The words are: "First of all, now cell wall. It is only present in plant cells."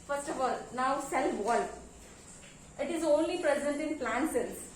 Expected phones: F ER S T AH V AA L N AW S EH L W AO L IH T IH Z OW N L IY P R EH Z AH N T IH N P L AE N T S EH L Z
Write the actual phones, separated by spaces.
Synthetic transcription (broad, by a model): F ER S T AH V AA L N AW S EH L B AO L IH T IH Z OW N L IY P R EH Z AH N T IH N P L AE N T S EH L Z